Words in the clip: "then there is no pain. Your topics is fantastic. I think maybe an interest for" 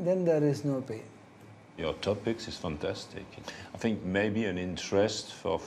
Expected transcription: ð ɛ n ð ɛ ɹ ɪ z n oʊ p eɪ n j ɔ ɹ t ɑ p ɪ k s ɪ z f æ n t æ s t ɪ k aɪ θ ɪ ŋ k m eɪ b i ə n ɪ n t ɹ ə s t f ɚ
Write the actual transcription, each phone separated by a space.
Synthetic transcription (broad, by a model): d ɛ n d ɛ ɹ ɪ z n oʊ p eɪ n j ɔ ɹ t ɑ p ɪ k s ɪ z f æ n t æ s t ɪ k aɪ θ ɪ ŋ k m eɪ b i ə n ɪ n t ɹ ə s t f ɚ